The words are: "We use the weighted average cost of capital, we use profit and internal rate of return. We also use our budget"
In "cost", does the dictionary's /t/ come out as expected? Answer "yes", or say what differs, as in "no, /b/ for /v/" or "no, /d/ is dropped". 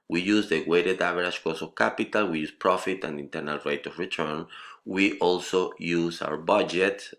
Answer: no, /t/ is dropped